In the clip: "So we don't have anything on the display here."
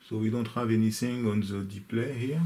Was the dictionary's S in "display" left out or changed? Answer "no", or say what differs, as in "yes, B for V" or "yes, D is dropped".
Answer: yes, S is dropped